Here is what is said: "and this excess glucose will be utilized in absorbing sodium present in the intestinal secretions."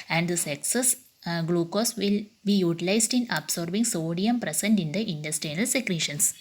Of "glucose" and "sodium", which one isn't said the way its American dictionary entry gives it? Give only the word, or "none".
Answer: none